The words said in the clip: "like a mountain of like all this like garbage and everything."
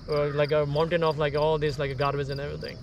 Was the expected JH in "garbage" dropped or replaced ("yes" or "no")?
yes